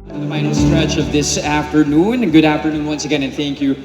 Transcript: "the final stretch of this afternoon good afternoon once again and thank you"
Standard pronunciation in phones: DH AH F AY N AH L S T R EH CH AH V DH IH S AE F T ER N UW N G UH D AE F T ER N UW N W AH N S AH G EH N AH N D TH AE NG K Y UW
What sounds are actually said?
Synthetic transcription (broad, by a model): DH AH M AY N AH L S T R EH CH AH V DH IH S AE F T ER N UW N G UH D AE F T ER N UW N W AH N S AH G EH N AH N TH AE NG K Y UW